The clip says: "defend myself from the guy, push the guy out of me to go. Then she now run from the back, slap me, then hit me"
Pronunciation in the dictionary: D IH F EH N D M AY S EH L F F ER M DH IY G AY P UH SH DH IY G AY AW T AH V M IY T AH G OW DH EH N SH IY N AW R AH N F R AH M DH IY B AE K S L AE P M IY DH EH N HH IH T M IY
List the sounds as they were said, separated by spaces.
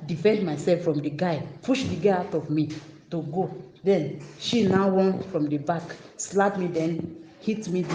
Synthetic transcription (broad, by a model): D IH F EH N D M AY S EH L F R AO M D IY G AY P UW SH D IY G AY AW T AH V M IY T AH G OW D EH N SH IY N AW W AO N F R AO M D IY B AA K S L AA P M IY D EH N HH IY T M IY